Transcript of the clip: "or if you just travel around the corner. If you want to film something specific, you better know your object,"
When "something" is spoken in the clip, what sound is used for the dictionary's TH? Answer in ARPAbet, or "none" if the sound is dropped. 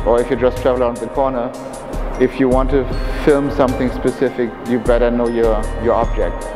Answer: TH